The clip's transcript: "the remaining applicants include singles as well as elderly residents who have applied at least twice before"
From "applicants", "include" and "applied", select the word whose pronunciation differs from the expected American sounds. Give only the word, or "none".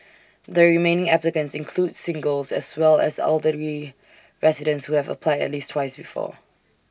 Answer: none